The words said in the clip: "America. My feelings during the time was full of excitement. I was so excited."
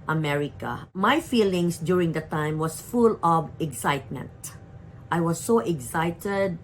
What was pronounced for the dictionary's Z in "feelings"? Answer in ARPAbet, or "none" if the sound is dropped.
S